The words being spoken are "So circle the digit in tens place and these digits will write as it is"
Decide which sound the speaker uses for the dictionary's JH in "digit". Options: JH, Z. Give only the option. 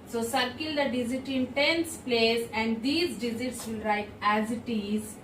Z